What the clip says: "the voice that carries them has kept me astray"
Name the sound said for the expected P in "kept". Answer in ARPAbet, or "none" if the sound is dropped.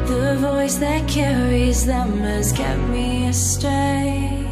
none